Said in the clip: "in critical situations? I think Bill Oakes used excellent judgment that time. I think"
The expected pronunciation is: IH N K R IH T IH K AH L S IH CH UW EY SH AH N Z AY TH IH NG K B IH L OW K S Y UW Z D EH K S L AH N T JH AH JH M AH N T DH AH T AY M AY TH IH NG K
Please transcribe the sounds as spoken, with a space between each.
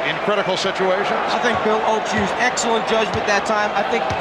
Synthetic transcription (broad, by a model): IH N K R IH T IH K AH L S IH CH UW EY SH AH N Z AY TH IH NG K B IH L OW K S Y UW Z EH K S L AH N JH AH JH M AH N DH AH T AY M AY TH IH NG K